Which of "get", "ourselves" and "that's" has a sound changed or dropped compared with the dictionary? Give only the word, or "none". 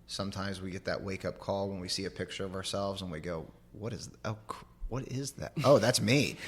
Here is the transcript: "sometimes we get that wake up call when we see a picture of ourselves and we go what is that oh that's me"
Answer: none